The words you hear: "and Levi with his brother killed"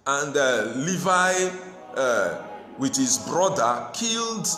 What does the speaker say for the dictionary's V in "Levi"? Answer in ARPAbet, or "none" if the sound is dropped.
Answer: V